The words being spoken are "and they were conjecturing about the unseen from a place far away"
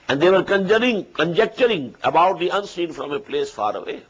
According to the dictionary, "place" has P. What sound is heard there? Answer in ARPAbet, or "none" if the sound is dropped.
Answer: P